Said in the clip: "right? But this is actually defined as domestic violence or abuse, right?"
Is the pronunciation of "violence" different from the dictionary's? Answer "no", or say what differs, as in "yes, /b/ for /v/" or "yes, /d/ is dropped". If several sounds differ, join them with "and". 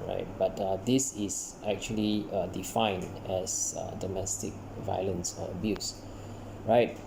no